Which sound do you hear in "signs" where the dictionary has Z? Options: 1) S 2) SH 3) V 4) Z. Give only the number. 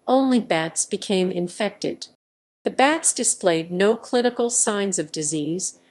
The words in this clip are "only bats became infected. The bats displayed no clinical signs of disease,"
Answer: 4